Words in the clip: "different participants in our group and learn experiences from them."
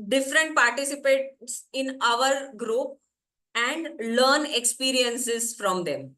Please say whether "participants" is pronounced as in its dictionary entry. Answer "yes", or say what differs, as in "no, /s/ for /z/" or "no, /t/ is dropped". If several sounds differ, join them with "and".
no, /n/ is dropped